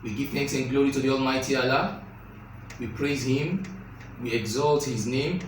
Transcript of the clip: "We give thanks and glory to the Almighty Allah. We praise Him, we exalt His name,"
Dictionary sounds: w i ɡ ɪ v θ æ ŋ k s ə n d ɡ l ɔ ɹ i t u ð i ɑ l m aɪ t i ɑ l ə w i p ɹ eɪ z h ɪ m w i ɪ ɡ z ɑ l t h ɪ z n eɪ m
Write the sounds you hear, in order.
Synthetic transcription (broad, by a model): w i ɡ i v θ æ ŋ k s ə n ɡ l ɔ ɹ i t u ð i ɑ l m aɪ t i ɑ l ə w i p ɹ eɪ z h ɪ m w i ɪ ɡ z ɑ l t h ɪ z n eɪ m